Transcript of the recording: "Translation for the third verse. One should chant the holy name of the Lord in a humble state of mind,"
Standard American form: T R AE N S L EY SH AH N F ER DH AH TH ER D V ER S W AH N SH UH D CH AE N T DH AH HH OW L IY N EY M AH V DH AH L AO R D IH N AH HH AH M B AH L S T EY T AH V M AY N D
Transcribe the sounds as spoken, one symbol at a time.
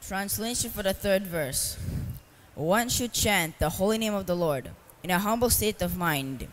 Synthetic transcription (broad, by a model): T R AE N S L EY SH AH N F ER DH AH TH ER D V ER S W AH N SH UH D CH AE N T DH AH HH OW L IY N EY M AH V DH AH L AO R D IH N AH HH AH M B L S T EY T AH V M AY N D